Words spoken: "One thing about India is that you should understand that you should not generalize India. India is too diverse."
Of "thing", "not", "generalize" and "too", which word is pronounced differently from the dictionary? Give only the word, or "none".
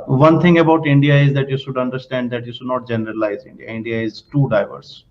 thing